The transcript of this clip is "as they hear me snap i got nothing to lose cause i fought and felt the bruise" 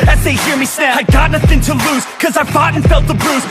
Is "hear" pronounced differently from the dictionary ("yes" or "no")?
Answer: no